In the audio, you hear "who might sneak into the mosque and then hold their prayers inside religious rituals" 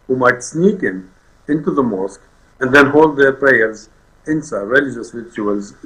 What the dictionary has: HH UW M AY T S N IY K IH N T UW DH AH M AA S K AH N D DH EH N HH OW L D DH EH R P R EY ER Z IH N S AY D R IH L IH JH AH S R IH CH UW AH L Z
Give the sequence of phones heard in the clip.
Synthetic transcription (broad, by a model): HH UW M AY T S N IY K IH N T UW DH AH M AA S K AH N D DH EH N HH OW L D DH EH R P R EY ER Z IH N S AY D R IH L IH JH AH S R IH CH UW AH L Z